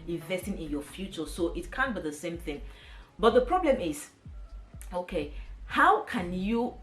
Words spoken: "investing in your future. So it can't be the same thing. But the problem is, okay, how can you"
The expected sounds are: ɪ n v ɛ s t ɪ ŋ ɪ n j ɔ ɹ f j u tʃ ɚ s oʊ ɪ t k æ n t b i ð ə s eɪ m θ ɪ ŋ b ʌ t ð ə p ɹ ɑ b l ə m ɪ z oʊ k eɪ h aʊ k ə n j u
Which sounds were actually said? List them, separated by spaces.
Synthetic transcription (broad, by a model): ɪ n v ɛ s t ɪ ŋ ɪ n j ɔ f j u tʃ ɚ s oʊ ɪ t k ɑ n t b i ð ə s eɪ m θ ɪ ŋ b ʌ t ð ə p ɹ ɑ b l ə m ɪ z oʊ k eɪ h aʊ k ə n j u